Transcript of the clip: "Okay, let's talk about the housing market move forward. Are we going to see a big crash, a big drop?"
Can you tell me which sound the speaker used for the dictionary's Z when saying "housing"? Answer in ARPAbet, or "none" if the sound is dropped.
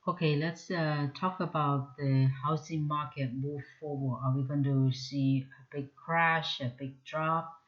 S